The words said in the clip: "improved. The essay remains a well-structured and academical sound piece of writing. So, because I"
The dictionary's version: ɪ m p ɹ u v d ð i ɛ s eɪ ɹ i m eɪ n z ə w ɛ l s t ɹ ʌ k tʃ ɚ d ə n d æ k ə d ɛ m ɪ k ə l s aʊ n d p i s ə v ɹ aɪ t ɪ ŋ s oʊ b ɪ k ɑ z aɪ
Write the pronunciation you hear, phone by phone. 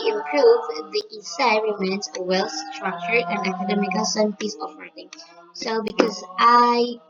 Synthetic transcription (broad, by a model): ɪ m p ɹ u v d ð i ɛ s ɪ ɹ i m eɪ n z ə w ɛ l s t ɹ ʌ k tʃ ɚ ə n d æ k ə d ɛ m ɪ k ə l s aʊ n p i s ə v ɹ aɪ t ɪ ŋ s oʊ b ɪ k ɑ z aɪ